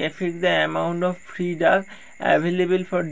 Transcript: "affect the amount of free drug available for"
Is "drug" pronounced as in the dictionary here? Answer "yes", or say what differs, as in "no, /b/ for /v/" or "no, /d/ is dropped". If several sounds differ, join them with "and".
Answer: no, /ɹ/ is dropped and /ɡ/ is dropped